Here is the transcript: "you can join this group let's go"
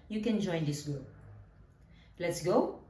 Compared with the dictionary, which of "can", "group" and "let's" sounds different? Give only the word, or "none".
group